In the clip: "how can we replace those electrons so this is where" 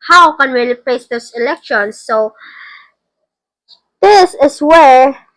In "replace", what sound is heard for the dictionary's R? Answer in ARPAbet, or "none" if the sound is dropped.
L